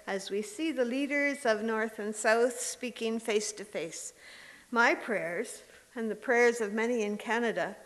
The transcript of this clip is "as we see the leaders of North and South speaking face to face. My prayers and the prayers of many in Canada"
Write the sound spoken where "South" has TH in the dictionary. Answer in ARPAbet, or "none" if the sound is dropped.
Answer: TH